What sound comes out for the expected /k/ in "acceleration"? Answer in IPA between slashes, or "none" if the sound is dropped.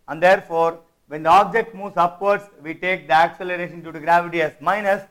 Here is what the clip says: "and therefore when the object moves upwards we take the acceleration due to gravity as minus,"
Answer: /k/